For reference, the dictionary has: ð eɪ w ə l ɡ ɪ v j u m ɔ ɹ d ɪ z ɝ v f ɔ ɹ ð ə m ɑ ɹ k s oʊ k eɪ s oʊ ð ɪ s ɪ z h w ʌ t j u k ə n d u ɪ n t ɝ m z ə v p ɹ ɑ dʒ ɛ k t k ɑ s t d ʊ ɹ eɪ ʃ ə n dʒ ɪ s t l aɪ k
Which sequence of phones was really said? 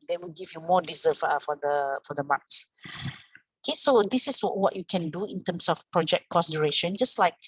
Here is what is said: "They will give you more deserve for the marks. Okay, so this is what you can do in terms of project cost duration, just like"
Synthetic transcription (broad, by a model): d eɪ w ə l ɡ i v j u m ɔ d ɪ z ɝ f f ɔ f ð ə m ɑ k s oʊ k eɪ s oʊ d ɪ s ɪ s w w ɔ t j u k ə n d u ɪ n t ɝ m s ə f p ɹ ɑ dʒ ɛ k t k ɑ s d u ɹ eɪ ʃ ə n dʒ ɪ s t l aɪ k